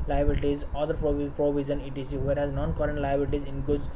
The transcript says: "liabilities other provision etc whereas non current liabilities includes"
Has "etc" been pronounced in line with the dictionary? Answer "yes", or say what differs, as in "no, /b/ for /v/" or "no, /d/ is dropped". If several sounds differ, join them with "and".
no, /s/ is dropped